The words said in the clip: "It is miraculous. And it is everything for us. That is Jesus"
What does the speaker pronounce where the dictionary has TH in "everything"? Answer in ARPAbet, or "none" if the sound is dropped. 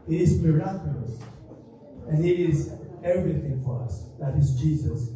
TH